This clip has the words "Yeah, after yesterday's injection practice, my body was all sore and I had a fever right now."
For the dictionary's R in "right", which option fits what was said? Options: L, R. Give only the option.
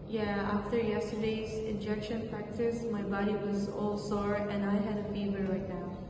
L